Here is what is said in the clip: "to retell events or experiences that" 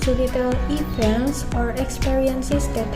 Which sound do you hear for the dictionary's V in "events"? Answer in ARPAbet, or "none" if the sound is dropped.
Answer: P